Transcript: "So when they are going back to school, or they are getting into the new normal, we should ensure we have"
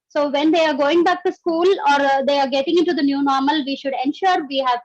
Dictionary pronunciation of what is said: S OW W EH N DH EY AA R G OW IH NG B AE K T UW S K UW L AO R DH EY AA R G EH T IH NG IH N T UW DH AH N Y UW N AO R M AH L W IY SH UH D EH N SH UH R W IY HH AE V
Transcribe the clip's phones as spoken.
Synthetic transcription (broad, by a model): S OW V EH N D EY AA R G OW IH NG B AE K T UW S K UW L AO R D EY AA R G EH T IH NG IH N T UW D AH N Y UW N AO R M AH L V IY SH UH D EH N SH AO R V IY HH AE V